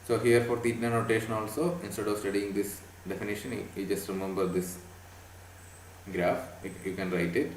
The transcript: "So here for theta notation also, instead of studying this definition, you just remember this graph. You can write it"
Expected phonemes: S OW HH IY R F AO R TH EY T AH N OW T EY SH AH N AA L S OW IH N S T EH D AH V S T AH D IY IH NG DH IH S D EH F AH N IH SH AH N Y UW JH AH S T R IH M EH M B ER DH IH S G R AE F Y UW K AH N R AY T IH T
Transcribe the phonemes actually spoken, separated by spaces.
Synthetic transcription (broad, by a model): S OW HH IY R F AO R T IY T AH N OW T EY SH AH N AA L S OW IH N S T EH D AH V S T AH D IY IH NG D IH S D EH F AH N IH SH AH N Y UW JH AH S T R IH M EH M B ER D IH S G R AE F Y UW K AH N R AY T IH T